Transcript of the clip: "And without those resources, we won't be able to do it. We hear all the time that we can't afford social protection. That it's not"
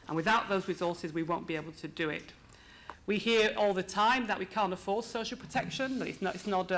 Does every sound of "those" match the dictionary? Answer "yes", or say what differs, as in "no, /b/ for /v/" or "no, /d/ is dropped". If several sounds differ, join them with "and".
yes